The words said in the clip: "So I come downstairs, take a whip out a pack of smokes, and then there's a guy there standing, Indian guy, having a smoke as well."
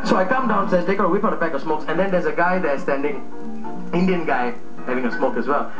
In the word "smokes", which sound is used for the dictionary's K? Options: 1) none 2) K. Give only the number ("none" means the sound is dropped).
2